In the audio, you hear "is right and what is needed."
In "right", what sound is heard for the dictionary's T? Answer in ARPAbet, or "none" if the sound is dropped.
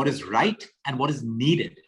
T